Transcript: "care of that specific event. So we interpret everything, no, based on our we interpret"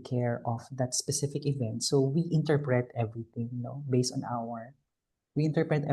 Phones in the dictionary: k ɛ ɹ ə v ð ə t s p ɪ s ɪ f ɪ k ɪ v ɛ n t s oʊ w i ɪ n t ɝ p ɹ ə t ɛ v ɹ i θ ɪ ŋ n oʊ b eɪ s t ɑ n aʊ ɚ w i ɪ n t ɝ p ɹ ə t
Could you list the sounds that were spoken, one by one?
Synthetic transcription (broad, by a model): k ɛ ɹ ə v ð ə t s p ɪ s ɪ f ɪ k ɪ v ɛ n t s oʊ w i ɪ n t ɝ p ɹ ə t ɛ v ɹ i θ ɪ ŋ n oʊ b eɪ s t ɑ n aʊ ɚ w i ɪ n t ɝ p ɹ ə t